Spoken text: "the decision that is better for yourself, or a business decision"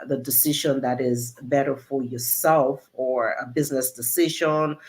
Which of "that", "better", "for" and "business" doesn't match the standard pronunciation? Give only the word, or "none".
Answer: none